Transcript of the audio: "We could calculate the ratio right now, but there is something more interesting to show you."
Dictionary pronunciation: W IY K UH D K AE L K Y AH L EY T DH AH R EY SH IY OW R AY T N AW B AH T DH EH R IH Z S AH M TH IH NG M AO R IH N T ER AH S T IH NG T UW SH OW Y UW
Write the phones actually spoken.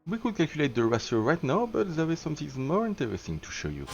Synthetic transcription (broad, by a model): W IY K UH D K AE L K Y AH L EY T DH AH R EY S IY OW R AY T N AW B AH T DH EH R IH Z S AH M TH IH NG M AO R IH N T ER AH S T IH NG T UW SH OW Y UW